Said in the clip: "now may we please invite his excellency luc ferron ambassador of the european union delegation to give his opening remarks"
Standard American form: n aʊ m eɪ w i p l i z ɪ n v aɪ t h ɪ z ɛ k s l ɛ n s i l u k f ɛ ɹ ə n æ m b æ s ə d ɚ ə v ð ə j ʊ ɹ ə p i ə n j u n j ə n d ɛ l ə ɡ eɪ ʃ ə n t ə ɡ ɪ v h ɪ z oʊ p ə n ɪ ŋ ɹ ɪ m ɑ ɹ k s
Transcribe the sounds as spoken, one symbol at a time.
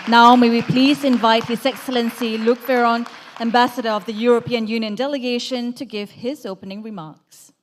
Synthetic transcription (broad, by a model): n aʊ m eɪ w i p l i z ɪ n v aɪ t h ɪ z ɛ k s l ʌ n s i l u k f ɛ ɹ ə n æ m b æ s ə d ɚ ə v ð ə j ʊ ɹ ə p i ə n j u n j ə n d ɛ l ə ɡ eɪ ʃ ə n t ə ɡ ɪ v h ɪ z oʊ p ə n ɪ ŋ ɹ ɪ m ɑ ɹ k s